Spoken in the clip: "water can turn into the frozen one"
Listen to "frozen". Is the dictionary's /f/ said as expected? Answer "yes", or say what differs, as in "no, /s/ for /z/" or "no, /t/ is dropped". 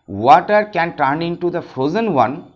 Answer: yes